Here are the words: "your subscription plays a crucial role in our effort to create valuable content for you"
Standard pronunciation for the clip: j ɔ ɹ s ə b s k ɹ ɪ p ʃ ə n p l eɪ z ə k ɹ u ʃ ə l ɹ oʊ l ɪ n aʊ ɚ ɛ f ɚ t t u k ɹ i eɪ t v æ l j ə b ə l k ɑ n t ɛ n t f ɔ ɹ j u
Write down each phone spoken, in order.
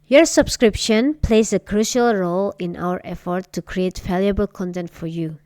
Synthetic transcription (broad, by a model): j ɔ ɹ s ə b s k ɹ ɪ p ʃ ə n p l eɪ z ə k ɹ u ʃ ə l ɹ oʊ l ɪ n aʊ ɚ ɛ f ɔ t t u k ɹ i eɪ t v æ l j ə b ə l k ɑ n t ɛ n t f ɔ ɹ j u